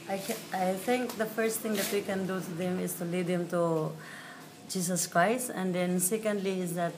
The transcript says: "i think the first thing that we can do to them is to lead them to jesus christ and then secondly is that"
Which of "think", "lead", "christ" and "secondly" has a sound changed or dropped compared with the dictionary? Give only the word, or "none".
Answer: think